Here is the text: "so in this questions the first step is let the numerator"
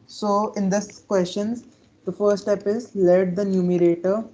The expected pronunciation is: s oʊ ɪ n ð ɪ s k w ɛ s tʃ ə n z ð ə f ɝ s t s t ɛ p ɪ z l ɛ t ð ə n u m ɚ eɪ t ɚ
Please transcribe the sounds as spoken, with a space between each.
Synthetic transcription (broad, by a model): s oʊ ɪ n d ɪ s k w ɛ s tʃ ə n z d ə f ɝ t s t ɛ p ɪ z l ɛ t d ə n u m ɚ eɪ t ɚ